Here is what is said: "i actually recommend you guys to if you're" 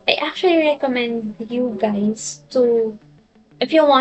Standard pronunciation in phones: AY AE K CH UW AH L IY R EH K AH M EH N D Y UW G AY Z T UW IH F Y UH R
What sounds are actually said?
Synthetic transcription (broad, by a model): AY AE K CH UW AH L IY R EH K AH M EH N D Y UW G AY S T UW IH F Y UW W